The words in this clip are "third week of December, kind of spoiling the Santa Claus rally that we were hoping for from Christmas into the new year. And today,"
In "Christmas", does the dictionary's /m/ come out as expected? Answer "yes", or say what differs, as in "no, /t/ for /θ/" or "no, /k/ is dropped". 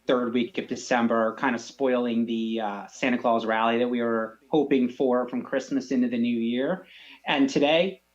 yes